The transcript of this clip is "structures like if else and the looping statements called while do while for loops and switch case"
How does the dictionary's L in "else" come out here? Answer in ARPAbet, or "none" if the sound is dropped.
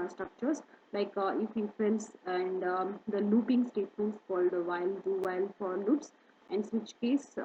N